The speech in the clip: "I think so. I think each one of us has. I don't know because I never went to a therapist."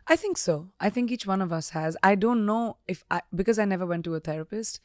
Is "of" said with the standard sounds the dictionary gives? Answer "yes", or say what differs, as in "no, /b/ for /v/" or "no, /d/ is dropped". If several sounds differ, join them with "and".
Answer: yes